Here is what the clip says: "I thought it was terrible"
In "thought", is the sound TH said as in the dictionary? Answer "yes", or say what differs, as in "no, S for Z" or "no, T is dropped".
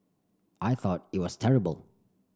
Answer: yes